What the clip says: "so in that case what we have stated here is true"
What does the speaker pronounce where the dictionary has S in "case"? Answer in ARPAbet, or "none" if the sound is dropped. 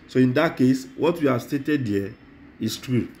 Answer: S